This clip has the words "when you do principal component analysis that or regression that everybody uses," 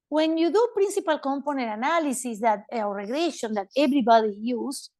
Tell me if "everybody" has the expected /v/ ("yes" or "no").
no